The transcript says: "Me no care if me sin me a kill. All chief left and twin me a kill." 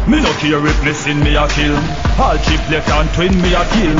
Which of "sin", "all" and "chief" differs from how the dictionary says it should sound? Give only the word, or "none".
chief